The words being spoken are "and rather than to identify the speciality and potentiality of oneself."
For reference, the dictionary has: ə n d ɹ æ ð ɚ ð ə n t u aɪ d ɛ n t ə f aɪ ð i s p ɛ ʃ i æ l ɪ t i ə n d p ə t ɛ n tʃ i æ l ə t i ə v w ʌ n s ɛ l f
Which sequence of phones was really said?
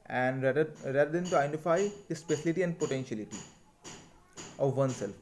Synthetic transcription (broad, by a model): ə n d ɹ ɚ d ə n t u aɪ d ɛ n t ə f aɪ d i s p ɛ s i l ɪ t i ə n d p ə t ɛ n ʃ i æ l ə t i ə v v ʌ n s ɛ l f